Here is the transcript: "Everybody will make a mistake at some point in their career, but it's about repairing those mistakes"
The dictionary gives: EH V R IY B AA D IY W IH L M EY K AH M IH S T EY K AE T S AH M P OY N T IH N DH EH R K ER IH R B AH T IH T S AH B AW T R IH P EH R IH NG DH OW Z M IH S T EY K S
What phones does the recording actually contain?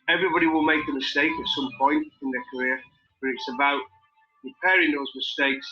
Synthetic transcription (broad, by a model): EH V R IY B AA D IY W IH L M EY K AH M IH S T EY K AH T S AH M P OY N T IH N DH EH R K ER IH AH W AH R IH T S AH B AW T R IH P EH R IH NG DH OW Z M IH S T EY K S